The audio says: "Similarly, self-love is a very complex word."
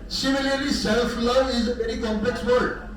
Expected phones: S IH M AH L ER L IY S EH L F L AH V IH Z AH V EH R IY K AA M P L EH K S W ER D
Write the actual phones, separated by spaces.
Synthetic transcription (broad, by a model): S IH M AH L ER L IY S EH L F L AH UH IH Z AH B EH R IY K AA M P L EH K S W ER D